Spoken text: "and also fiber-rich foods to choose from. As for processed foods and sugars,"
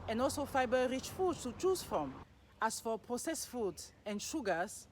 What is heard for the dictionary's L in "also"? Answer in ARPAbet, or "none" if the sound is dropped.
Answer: L